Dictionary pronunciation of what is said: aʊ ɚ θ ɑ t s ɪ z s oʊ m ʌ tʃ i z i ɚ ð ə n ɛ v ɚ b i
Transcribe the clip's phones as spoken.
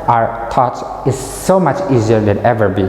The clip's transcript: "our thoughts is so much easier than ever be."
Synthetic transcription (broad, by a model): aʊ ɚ t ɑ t ɪ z s oʊ m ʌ tʃ i z i ɚ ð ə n ɛ v ɚ b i